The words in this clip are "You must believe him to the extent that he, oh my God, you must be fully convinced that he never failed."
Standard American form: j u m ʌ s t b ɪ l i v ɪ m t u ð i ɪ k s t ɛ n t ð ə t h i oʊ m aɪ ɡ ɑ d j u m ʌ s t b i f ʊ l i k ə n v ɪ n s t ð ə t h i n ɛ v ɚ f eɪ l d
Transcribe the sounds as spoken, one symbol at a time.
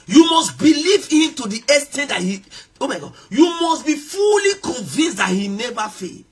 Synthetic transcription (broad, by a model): j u m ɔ s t b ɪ l i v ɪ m t u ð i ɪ s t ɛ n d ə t h i oʊ m aɪ ɡ ɑ d j u m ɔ s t b i f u l i k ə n v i n s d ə t h i n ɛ v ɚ f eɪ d